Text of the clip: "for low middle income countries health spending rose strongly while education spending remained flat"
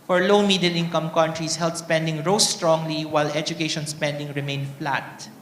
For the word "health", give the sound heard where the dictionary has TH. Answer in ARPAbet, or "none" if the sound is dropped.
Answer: T